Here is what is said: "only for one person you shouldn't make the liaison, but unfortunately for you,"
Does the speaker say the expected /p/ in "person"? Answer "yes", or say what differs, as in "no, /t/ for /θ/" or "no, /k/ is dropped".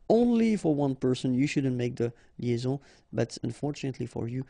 yes